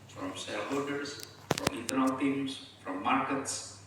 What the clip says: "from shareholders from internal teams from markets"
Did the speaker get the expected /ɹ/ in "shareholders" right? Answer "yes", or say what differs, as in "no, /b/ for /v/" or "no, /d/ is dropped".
no, /l/ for /ɹ/